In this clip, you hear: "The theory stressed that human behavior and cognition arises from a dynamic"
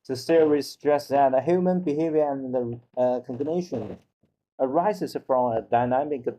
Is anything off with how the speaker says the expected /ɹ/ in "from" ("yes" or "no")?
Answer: no